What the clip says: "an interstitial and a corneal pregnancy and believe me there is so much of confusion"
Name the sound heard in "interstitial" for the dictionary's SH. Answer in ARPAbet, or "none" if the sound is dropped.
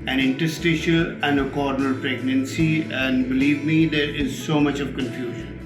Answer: SH